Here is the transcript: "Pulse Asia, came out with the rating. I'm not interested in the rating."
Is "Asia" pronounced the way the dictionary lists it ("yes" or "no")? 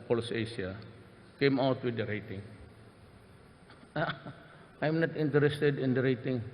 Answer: no